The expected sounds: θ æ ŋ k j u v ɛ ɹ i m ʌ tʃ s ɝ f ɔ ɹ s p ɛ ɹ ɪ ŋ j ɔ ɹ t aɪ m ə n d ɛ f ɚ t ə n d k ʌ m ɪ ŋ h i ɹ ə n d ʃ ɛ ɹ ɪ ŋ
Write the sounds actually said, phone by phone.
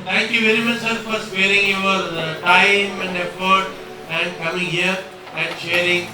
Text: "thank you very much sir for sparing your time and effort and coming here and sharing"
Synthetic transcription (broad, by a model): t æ ŋ k j u v ɛ ɹ i m ʌ tʃ s ɝ f ɔ ɹ s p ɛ ɹ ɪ ŋ j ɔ ɹ t aɪ m ə n d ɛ f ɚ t ə n d k ʌ m ɪ ŋ h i ɹ ə n d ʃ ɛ ɹ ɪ ŋ